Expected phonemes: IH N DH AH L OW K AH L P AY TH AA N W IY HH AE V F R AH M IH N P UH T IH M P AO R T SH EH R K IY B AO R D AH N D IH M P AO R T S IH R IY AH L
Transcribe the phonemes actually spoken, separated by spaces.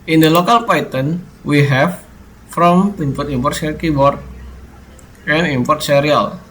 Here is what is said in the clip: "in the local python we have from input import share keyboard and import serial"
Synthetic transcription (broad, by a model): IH N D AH L OW K AH L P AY T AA N W IY HH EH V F R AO M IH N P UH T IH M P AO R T S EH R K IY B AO R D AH N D IH M P AO R T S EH R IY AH L